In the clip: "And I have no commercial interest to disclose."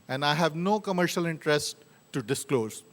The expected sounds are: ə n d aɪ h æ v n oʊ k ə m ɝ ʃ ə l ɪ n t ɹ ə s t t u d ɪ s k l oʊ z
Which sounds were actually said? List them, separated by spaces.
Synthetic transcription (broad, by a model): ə n d aɪ h æ v n oʊ k ə m ɝ ʃ ə l ɪ n t ɹ ə s t t u d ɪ s k l oʊ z